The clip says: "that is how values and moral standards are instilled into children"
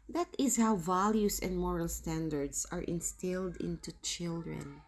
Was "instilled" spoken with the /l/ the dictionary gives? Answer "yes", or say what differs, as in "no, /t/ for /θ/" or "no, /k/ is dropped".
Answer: yes